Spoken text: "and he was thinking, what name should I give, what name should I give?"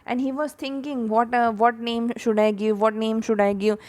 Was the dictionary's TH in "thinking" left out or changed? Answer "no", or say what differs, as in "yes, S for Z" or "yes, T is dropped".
yes, T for TH